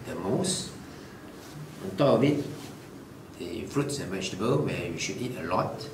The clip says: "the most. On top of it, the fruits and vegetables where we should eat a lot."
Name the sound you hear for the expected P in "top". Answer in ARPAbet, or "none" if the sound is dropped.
none